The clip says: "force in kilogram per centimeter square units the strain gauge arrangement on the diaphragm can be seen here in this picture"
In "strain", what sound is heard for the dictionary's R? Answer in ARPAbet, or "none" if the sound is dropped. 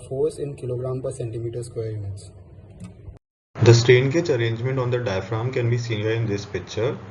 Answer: R